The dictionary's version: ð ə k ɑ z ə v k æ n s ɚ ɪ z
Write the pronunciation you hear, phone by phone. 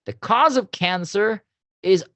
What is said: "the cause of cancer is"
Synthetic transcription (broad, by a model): ð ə k ɑ z ə v k æ n s ɚ ɪ z